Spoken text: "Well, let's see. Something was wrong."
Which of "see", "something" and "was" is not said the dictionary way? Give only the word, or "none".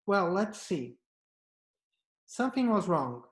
none